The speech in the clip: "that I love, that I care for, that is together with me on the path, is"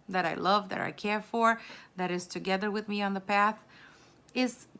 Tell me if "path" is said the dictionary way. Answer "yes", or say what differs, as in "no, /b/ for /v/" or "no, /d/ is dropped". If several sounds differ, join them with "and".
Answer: yes